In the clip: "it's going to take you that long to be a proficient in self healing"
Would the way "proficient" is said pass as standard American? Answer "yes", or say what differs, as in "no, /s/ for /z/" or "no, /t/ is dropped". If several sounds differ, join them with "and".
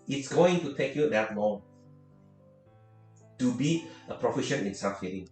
no, /t/ is dropped